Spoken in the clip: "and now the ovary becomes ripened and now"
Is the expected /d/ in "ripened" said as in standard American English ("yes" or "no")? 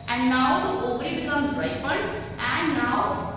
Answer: no